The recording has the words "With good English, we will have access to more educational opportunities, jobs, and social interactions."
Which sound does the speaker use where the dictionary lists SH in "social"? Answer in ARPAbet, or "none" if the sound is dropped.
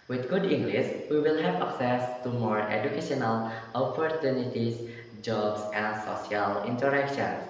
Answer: none